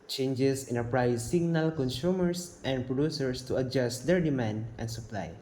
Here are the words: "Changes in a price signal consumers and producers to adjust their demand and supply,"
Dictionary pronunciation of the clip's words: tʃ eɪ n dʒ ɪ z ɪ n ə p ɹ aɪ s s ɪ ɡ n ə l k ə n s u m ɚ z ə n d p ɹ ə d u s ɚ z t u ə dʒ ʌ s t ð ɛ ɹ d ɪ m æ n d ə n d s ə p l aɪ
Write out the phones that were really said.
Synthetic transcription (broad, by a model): tʃ eɪ n dʒ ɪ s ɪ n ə p ɹ aɪ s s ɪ ɡ n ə l k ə n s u m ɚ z ə n d p ɹ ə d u s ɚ s t u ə dʒ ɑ s t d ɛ ɹ d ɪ m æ n d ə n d s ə p l aɪ